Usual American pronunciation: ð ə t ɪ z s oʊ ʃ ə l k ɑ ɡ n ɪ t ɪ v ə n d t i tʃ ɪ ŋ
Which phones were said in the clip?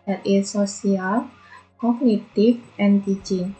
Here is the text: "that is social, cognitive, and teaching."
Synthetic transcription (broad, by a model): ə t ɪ s oʊ s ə l k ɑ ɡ n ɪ t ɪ f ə n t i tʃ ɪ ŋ